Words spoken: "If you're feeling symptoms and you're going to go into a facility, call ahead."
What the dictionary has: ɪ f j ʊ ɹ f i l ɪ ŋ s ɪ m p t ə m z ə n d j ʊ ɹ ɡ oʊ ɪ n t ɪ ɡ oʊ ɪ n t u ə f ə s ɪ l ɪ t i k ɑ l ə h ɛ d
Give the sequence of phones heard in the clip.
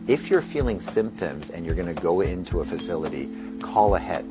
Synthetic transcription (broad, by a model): ɪ f j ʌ ɹ f i l ɪ ŋ s ɪ m p t ə m z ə n j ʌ ɹ ɡ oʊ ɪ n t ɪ ɡ oʊ ɪ n t u ə f ə s ɪ l ɪ t i k ɑ l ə h ɛ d